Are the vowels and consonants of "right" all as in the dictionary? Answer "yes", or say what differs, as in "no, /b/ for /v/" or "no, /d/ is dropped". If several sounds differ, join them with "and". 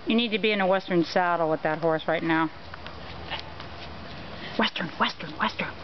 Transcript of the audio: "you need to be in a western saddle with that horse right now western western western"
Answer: yes